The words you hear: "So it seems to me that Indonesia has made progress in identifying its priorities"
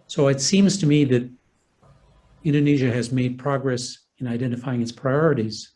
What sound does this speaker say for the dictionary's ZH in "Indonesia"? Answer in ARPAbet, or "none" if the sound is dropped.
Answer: ZH